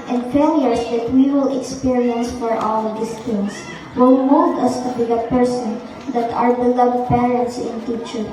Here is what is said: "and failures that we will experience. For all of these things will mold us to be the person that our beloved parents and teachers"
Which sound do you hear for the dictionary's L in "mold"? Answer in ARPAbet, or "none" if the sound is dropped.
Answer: none